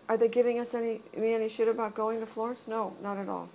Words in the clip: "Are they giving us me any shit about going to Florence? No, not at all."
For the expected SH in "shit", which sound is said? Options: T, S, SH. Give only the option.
SH